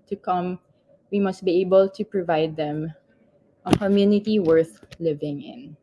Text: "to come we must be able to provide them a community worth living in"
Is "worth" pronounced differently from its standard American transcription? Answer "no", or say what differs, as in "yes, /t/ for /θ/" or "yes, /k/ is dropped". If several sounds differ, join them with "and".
no